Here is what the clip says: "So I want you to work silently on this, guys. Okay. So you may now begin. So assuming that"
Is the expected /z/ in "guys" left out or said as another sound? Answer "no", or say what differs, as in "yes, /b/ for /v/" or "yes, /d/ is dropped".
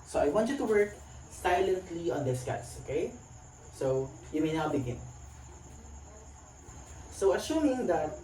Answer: yes, /s/ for /z/